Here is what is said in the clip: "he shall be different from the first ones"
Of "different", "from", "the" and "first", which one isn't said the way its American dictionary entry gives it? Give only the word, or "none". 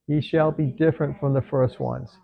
none